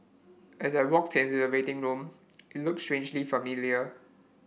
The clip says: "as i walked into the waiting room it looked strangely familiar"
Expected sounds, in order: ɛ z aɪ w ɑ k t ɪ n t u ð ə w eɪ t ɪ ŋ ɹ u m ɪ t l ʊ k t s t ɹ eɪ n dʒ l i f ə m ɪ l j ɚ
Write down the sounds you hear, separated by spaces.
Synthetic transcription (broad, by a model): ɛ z aɪ w ɑ k t ɪ n t u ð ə w eɪ t ɪ ŋ ɹ u m ɪ t l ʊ k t s t ɹ eɪ n dʒ l i f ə m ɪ l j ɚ